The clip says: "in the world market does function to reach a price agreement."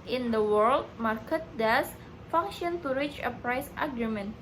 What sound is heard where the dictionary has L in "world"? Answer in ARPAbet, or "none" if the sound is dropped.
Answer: L